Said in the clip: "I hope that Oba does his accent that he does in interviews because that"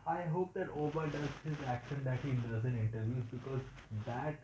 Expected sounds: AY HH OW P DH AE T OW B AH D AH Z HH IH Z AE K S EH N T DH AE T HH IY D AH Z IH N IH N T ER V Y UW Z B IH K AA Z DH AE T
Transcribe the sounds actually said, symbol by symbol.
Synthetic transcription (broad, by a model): AY HH OW P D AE T OW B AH D AH Z HH IH Z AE K SH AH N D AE T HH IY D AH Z IH N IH N T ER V Y UW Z B IH K AA Z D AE T